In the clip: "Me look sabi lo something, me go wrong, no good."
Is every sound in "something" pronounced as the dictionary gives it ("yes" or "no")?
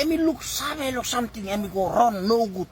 no